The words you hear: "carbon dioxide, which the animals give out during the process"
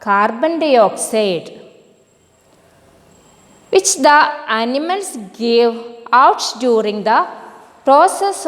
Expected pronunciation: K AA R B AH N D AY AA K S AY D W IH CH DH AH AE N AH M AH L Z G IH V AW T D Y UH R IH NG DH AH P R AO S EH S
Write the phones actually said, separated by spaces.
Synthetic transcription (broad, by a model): K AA R B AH N D AY AA K S AY D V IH CH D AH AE N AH M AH L S G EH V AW T D Y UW R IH NG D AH P R AO S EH S